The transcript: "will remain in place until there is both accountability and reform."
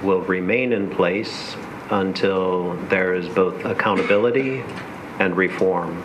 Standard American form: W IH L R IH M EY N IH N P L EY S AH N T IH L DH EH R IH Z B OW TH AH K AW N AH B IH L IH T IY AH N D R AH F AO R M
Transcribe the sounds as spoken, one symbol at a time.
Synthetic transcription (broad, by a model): W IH L R IH M EY N IH N P L EY S AH N T IH L DH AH R IH Z B OW TH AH K AW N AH B IH L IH T IY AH N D R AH F AO R M